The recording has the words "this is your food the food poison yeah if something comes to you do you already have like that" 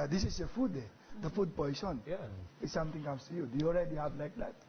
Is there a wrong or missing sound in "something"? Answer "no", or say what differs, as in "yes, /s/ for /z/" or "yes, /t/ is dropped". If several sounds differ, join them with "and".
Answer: yes, /t/ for /θ/